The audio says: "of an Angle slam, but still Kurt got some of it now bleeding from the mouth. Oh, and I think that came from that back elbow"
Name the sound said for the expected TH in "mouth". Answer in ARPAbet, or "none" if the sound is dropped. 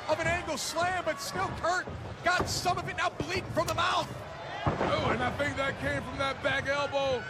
TH